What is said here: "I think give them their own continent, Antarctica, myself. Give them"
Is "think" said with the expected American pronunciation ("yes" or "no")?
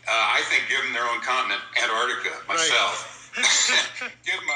yes